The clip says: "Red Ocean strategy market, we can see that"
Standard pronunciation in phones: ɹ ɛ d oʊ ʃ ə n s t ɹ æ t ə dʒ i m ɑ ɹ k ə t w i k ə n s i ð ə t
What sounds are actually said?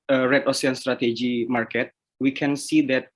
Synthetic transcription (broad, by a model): ɹ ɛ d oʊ s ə n s t ɹ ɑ t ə dʒ i m ɑ ɹ k ə t w i k ə n s i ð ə t